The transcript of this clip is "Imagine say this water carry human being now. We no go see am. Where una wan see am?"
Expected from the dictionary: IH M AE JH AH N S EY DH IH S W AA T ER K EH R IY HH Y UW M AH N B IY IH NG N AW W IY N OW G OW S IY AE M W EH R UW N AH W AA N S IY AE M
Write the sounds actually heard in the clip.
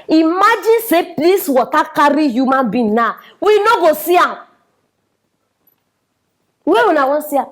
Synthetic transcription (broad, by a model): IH M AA JH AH N S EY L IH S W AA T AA K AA R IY HH Y UW M AH N B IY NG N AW W IY N OW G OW S IY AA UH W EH W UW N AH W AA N S IY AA